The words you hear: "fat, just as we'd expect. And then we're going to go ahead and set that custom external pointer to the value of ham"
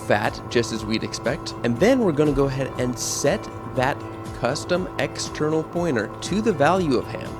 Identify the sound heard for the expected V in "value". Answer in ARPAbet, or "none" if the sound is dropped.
V